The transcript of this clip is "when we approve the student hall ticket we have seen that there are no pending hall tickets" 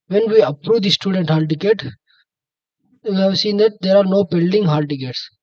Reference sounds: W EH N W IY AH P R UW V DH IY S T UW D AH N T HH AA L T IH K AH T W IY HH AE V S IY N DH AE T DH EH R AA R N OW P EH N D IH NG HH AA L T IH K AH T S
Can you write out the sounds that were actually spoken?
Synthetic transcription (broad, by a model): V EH N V IY AH P R UW V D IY S T UW D AH N T HH AA L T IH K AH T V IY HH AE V S IY N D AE T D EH R AA R N OW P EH L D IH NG HH AA L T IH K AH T S